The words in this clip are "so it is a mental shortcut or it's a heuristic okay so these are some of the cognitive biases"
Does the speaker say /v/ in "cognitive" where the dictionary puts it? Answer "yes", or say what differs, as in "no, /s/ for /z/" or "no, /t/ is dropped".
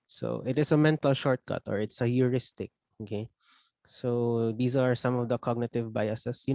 yes